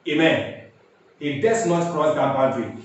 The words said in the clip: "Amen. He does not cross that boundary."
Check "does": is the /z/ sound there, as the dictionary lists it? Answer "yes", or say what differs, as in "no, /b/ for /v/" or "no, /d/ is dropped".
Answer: no, /s/ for /z/